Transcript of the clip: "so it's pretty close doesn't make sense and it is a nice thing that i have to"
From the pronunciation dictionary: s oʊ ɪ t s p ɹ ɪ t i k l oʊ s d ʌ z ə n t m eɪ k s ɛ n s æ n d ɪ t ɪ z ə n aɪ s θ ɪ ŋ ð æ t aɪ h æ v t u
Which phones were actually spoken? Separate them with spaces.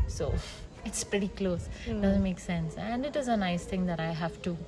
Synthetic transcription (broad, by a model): s oʊ ɪ t s p ɹ ɪ t i k l oʊ s d ʌ z ə n t m eɪ k s ɛ n s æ n d ɪ t ɪ z ə n aɪ s t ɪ ŋ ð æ t aɪ h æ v t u